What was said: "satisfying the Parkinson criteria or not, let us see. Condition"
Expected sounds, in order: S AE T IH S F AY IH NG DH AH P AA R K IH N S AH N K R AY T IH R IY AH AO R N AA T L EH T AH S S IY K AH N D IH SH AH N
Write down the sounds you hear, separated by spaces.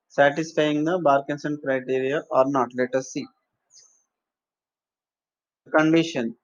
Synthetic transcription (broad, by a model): S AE T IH S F AY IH NG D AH B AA R K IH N S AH N K R AY T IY R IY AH AO R N AA T L EH T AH S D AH K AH N D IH SH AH N